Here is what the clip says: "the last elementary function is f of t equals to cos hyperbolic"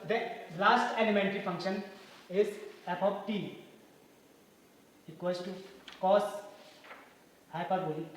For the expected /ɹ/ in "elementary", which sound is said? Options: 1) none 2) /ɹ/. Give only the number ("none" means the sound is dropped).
2